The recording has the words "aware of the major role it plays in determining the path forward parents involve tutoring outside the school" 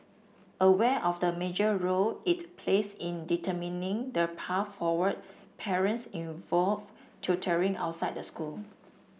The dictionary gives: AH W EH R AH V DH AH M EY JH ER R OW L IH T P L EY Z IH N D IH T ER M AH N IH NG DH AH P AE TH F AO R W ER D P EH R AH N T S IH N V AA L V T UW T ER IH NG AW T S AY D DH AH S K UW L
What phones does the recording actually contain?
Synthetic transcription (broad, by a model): AH W EH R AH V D AH M EY JH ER R OW L IH T P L EY S IH N D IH T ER M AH N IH NG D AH P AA S F AO W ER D P EH R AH N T S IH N V AA L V T UW T ER IH NG AW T S AY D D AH S K UW L